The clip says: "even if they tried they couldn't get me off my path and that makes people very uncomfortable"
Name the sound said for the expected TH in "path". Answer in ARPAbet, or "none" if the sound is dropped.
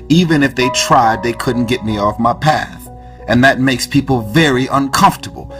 TH